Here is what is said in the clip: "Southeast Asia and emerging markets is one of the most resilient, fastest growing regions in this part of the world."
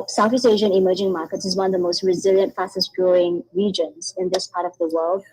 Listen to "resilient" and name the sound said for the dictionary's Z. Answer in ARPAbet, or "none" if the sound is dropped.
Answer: Z